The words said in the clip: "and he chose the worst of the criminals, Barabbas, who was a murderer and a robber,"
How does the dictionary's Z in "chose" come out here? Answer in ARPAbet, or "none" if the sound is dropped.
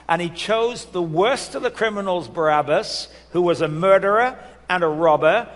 Z